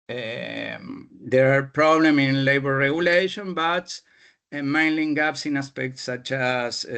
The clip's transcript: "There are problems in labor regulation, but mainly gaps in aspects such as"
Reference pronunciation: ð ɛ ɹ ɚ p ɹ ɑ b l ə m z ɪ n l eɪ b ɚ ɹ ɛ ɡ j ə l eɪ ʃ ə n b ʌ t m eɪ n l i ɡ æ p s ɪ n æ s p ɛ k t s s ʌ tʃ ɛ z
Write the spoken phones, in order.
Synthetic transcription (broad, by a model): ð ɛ ɹ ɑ p ɹ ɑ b l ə m ɪ n l eɪ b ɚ ɹ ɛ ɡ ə l eɪ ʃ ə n b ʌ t m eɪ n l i ɡ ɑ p s ɪ n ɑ s p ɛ k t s s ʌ tʃ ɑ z